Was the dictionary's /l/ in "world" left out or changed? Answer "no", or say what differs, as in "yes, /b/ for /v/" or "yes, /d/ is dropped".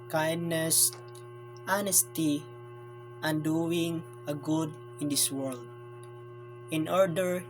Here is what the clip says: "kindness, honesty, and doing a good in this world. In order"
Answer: no